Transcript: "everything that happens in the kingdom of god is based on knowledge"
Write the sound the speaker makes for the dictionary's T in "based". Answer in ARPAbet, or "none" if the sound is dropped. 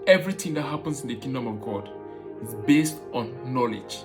T